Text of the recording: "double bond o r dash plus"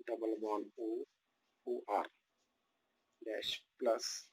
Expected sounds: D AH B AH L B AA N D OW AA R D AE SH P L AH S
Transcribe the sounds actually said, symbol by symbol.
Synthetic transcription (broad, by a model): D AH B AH L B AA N OW AA R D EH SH P L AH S